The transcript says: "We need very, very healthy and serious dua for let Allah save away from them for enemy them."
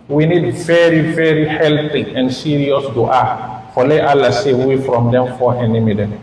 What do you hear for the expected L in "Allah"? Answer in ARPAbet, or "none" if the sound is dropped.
L